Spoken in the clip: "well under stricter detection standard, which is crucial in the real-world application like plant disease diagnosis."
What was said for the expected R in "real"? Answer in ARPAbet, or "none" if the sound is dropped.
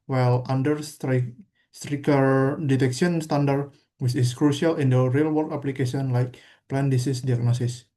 R